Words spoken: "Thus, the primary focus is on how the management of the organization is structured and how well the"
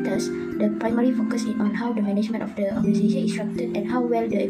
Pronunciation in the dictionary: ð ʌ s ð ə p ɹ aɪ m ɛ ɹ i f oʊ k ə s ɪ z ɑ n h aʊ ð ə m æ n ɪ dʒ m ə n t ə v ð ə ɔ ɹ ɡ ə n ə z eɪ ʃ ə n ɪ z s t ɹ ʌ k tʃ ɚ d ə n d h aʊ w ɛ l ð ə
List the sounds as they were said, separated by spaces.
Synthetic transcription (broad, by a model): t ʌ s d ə p ɹ aɪ m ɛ ɹ i f oʊ k ə s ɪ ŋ ɑ n h aʊ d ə m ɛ n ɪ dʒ m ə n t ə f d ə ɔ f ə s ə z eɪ ə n s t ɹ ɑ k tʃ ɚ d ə n h aʊ w ɛ l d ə